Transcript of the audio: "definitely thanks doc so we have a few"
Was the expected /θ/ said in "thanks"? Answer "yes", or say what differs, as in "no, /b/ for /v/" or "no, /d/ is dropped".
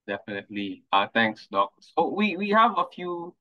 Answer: no, /t/ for /θ/